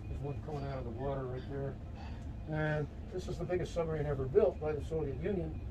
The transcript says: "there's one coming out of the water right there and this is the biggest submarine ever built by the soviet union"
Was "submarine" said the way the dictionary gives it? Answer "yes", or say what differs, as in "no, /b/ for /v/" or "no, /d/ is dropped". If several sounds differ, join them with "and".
no, /b/ is dropped